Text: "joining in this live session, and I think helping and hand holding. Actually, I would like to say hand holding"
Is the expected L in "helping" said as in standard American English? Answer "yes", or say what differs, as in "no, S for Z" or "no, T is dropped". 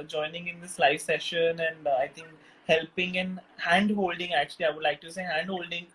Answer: yes